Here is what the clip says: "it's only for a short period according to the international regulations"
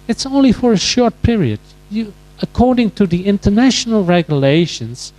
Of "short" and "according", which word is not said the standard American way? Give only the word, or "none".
none